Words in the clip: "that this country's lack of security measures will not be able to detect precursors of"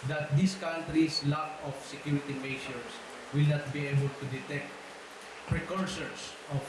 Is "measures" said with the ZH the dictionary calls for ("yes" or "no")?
no